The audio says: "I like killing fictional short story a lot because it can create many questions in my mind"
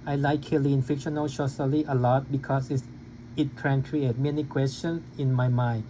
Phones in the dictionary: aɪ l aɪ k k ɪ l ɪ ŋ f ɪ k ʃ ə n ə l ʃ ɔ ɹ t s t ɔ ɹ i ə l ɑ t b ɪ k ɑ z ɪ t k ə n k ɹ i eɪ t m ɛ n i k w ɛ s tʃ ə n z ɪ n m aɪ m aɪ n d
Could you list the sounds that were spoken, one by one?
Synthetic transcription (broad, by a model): aɪ l aɪ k k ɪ l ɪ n f ɪ k ʃ ə n ə l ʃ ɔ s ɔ l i ə l ɑ t b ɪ k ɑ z ɪ t k ə n k ɹ i eɪ t m ɛ n i k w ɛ s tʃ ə n s ɪ n m aɪ m aɪ n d